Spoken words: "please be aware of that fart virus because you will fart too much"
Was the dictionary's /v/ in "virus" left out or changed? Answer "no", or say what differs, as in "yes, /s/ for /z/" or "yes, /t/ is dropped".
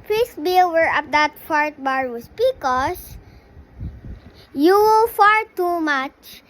yes, /b/ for /v/